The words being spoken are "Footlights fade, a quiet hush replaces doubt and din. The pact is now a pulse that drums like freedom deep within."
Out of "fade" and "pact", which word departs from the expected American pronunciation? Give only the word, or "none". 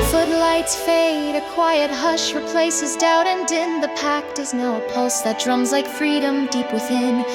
none